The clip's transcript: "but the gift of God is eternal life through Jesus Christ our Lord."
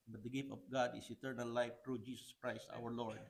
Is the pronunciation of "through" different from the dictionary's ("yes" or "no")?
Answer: yes